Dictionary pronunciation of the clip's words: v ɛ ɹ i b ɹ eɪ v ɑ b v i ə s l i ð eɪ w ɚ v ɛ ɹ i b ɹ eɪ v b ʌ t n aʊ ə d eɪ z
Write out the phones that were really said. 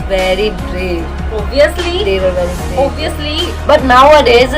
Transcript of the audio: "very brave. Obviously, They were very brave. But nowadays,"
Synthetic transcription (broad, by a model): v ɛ ɹ i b ɹ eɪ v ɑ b i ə s l i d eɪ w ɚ v ɛ ɹ i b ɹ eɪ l b ʌ t n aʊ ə d eɪ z